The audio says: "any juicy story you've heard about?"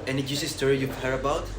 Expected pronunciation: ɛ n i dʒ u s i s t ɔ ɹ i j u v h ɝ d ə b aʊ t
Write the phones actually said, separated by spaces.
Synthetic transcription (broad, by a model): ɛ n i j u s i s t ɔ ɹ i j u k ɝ ə b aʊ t